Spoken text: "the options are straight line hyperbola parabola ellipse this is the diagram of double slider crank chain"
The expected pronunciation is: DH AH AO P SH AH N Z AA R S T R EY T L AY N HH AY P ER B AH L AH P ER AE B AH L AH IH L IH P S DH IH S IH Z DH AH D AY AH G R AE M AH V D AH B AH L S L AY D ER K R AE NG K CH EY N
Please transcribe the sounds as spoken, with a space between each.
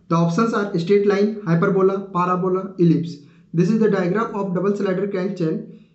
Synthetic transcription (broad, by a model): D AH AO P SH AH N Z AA R S T EY T L AY N HH AY P ER B AH L AH P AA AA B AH L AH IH L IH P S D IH S IH Z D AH D AY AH G R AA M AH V D AH B AH L S L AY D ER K AE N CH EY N